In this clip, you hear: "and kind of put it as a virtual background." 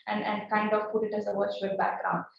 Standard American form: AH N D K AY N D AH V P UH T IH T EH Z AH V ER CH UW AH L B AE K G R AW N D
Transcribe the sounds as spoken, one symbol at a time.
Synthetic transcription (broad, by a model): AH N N K AY N D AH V P UH T IH T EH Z AH W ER CH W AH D B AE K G R AW N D